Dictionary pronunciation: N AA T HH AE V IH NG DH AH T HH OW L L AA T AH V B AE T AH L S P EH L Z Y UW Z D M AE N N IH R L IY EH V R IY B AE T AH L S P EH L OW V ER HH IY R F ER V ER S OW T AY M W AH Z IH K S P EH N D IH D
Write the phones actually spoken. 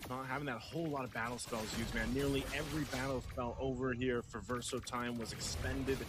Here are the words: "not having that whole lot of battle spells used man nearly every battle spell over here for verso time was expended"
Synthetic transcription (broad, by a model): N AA T HH AE V IH NG DH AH T HH OW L L AA T AH V B AE T L S P EH L Z Y UW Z M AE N N IH R L IY EH V R IY B AE T L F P EH L OW V ER HH IY R F ER V ER S OW T AY M W AH Z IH K S P EH N D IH D